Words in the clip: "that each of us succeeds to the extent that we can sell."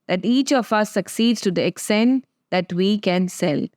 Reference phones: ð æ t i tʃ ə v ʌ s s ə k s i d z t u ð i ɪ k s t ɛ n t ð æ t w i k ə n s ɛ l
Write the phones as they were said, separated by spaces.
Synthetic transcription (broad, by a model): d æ t i tʃ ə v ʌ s s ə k s i d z t u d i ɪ k s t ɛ n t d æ t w i k ə n s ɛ l